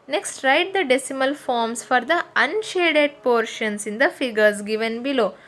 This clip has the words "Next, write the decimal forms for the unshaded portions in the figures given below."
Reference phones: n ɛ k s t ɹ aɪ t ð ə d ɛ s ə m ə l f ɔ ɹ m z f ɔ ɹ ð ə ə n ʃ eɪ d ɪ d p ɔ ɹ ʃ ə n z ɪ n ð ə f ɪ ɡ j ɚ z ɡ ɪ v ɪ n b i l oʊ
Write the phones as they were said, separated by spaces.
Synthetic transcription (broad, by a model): n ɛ k s t ɹ aɪ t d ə d ɛ s ə m ə l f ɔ ɹ m s f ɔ ɹ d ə ə n ʃ eɪ d ɪ d p ɔ ɹ ʃ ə n s ɪ n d ə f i ɡ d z ɡ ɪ v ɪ n b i l oʊ